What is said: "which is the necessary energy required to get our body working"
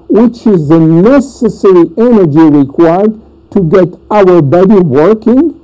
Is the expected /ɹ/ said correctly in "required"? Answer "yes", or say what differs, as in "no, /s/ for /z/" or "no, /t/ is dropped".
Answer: yes